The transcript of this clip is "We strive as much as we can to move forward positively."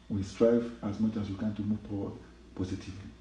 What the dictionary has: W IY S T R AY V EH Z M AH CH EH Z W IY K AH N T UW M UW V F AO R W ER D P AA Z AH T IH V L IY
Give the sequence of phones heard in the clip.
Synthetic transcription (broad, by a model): W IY S T R AY V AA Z M AH CH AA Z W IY K AH N T UW M UW V P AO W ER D P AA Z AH T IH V L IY